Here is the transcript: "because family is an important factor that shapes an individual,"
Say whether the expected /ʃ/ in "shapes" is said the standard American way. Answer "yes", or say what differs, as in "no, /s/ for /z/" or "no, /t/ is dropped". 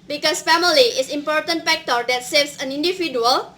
no, /s/ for /ʃ/